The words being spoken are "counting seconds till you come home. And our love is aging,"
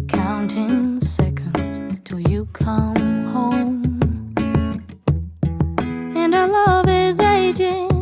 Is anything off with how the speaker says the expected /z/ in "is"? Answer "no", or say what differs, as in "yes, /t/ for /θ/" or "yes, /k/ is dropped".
no